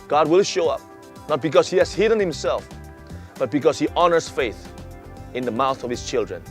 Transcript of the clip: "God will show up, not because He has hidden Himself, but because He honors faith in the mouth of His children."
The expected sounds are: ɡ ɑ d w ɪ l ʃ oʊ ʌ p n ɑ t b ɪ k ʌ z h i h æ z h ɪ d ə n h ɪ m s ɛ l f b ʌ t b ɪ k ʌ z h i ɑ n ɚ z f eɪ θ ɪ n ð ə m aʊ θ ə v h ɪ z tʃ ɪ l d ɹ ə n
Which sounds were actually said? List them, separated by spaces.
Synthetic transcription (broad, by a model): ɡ ɑ d w ɪ l ʃ oʊ ʌ p n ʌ t b ɪ k ʌ z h i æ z h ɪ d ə n h ɪ m s ɛ l f b ʌ t b ɪ k ʌ z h i ɑ n ɚ z f eɪ θ ɪ n ð ə m aʊ θ ə v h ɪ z tʃ ɪ l d ɹ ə n